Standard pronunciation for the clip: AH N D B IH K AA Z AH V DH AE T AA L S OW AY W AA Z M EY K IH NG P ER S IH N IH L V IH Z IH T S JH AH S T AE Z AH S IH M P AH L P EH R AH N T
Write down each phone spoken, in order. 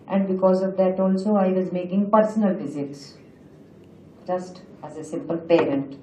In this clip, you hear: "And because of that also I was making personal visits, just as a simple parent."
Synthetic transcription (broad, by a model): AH N D B IH K AA Z AH V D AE T AA L S OW AY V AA Z M EY K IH NG P ER S IH N IH L F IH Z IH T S JH AH S T AE Z AH S IH M P AH L P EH R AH N T